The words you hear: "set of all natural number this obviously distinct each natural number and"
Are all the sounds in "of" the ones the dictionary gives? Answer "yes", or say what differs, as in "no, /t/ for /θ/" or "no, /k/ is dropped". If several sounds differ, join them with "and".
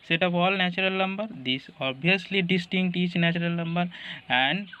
no, /p/ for /v/